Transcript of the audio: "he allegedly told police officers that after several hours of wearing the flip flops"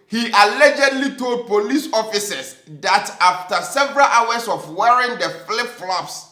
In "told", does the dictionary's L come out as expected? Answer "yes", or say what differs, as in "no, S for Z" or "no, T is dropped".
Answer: yes